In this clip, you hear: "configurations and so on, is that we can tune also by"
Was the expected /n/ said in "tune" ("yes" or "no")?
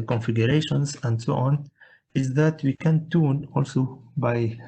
yes